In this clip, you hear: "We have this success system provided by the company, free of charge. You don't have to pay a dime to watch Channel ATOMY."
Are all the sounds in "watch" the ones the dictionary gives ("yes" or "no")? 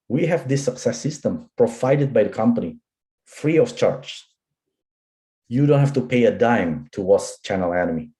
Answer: no